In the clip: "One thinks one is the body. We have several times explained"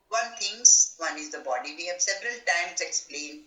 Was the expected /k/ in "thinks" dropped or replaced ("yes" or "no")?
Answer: yes